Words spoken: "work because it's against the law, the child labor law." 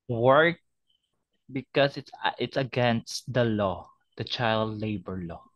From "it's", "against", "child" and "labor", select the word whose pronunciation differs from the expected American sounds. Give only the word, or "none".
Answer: none